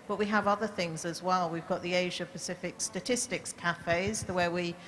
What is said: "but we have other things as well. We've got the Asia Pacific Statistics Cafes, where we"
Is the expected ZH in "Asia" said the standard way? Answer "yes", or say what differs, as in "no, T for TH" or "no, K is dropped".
yes